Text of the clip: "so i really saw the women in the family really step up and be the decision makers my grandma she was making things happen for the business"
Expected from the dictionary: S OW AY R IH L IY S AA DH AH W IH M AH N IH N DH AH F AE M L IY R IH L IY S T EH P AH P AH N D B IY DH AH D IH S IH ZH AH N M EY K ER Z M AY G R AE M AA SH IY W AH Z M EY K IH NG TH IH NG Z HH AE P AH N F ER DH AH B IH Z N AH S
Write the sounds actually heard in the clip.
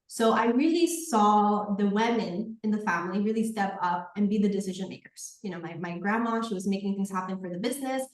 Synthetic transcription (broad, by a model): S OW AY R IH L IY S AA DH AH W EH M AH N IH N DH AH F AE M L IY R IH L IY S T EH P AH P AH N B IY DH AH D IH S IH ZH AH N M EY K ER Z M AY G R AE M AA SH IY W AH Z M EY K IH NG TH IH NG Z HH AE P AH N F ER DH AH B IH Z N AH S